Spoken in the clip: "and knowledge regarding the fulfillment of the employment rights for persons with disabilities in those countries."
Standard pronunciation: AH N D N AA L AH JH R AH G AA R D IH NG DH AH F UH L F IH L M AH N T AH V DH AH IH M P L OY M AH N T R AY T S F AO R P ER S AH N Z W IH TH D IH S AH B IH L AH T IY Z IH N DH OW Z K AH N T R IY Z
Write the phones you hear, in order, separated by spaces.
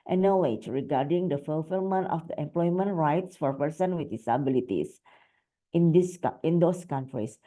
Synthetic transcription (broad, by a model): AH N N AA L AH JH R AH G AA R D IH NG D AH F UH L F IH L M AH N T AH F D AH IH M P L OY M AH N T R AY T S F AO R P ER S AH N W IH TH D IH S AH B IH L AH T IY S IH N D OW S K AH N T R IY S